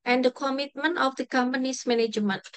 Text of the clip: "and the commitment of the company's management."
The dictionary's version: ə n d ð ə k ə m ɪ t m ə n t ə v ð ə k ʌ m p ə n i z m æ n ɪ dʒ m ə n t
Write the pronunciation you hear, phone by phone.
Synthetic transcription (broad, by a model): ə n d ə k ə m ɪ t m ə n t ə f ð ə k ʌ m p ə n i s m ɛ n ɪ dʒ m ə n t